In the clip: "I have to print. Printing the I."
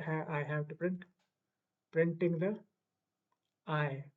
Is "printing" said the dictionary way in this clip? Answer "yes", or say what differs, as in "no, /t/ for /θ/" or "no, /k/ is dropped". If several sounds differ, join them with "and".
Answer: yes